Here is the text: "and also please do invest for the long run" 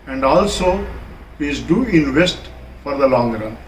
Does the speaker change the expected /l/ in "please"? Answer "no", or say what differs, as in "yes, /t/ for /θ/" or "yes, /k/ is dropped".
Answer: yes, /l/ is dropped